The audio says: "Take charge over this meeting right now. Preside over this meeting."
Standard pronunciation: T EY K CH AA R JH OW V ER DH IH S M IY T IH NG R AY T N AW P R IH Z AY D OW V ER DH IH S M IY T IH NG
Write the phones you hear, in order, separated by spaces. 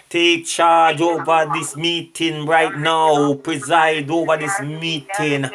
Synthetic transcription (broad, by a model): T EY K CH AA R JH OW V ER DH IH S M IY T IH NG R AY T N AW P R IH Z AY D OW V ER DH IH S M IY T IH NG